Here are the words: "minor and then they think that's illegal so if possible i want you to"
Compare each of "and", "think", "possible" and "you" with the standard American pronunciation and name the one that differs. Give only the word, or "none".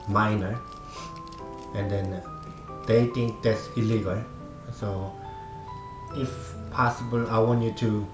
think